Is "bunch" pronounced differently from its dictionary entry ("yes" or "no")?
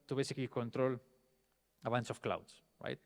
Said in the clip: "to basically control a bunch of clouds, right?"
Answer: yes